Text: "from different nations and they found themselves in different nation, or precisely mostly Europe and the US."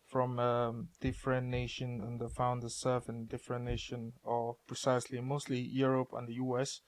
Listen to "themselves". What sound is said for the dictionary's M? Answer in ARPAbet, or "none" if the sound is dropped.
none